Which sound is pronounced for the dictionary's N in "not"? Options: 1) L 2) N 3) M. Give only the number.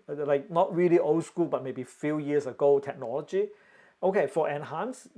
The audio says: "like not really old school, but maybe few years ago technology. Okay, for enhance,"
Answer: 2